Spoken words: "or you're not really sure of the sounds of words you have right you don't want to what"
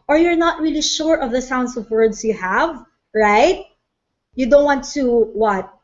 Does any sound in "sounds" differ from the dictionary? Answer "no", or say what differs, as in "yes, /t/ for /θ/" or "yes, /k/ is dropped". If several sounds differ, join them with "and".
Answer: yes, /s/ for /z/